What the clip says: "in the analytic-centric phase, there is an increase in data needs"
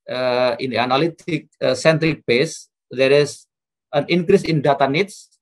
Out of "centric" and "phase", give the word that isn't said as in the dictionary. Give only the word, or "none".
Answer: phase